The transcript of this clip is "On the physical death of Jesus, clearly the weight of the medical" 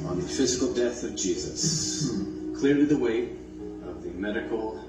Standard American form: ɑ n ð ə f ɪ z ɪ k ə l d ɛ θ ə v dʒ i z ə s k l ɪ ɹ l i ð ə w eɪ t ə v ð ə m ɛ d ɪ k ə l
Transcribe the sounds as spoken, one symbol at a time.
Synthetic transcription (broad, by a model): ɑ n ð ə f ɪ z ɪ k l d ɛ θ ə v dʒ i z ə s k l ɪ ɹ l i ð ə w eɪ t ə v ð ə m ɛ d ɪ k l